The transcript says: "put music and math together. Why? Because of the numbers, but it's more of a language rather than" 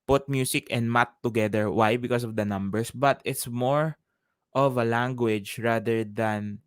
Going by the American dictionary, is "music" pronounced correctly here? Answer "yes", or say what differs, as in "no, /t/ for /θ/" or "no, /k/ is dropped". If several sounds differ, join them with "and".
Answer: no, /s/ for /z/